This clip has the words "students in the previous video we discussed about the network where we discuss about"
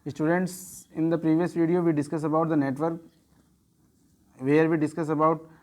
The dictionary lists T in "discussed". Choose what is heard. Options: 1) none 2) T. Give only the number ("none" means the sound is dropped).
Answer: 1